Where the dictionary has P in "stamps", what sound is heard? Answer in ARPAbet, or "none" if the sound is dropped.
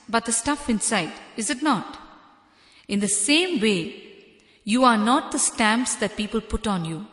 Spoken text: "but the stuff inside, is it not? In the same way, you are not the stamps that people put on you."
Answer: P